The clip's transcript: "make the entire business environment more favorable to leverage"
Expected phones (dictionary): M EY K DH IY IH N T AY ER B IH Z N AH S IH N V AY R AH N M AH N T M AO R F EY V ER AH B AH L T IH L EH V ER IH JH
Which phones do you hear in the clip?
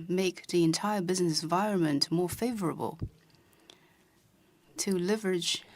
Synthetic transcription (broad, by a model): M EY K DH IY IH N T AY ER B IH Z N AH S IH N V AY R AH N M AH N T M AO R F EY V ER AH B AH L T IH L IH V ER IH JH